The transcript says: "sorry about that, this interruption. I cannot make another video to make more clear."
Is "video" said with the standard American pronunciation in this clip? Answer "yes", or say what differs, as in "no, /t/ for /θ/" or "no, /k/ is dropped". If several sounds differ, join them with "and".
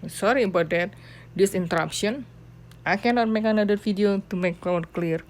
no, /f/ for /v/